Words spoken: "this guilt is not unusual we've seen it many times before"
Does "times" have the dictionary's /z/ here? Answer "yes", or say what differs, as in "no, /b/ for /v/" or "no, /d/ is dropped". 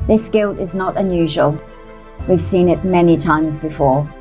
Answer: yes